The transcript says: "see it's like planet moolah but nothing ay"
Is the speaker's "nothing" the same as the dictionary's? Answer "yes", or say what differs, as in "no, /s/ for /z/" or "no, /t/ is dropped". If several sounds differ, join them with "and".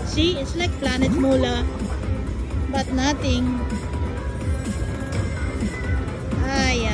no, /t/ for /θ/